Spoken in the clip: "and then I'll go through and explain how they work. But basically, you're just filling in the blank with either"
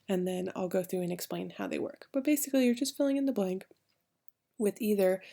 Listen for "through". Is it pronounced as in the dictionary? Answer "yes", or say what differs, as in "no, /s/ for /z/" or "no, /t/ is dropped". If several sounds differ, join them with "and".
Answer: yes